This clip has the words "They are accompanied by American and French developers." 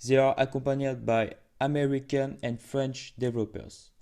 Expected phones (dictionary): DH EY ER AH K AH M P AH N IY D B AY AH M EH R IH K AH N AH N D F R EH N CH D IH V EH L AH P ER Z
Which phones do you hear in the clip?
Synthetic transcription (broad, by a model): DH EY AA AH K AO P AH N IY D B AY AH M EH R IH K AH N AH N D F R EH N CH D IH V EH L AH P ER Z